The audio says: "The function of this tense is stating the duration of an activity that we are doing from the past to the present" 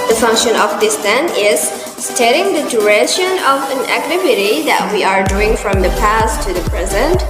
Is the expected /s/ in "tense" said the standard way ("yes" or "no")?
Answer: no